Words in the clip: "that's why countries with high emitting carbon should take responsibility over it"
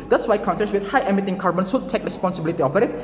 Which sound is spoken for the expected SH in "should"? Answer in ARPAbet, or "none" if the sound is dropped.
S